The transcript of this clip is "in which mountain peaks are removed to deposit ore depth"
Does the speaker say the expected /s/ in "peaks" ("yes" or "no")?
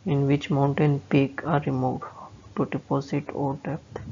no